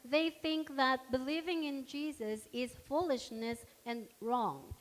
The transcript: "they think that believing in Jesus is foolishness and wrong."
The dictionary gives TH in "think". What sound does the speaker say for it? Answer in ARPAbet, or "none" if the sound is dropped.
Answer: TH